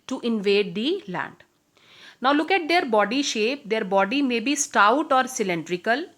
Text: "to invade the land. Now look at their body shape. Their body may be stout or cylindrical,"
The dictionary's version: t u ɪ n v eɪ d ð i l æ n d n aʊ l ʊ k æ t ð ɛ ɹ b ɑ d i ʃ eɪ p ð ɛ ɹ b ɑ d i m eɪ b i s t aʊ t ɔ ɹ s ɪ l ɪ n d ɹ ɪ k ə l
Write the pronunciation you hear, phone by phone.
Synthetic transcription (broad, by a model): t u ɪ n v eɪ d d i l æ n d n aʊ l ʊ k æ t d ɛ ɹ b ɑ d i ʃ eɪ p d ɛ ɹ b ɑ d i m eɪ b i s t aʊ t ɔ ɹ s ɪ l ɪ n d ɹ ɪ k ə l